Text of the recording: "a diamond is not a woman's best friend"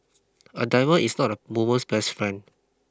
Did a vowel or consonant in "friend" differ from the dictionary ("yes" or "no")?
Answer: yes